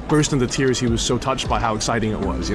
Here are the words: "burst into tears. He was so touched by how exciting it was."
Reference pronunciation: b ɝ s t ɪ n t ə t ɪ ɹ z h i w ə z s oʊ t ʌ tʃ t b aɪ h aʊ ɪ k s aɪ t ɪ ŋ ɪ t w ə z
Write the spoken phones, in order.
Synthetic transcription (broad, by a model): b ɝ s t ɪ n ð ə t ɪ ɹ z h i w ə z s oʊ t ʌ tʃ t b aɪ h aʊ ɪ k s aɪ t ɪ ŋ ɪ t w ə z